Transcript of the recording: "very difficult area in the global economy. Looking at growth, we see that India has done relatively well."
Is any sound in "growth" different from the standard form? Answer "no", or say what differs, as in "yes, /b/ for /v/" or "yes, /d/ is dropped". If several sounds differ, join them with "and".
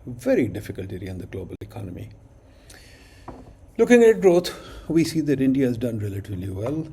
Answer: yes, /t/ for /θ/